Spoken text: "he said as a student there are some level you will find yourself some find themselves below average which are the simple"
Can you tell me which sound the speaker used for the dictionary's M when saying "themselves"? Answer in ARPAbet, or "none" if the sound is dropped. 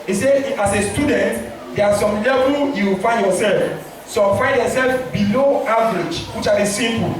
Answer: none